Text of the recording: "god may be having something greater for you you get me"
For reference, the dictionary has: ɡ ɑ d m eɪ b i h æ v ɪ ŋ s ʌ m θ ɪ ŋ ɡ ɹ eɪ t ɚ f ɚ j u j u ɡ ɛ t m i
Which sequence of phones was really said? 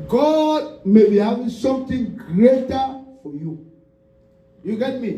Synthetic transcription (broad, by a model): ɡ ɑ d m eɪ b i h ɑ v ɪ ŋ s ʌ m t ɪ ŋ ɡ ɹ eɪ t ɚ f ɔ j u j u ɡ ɛ t m i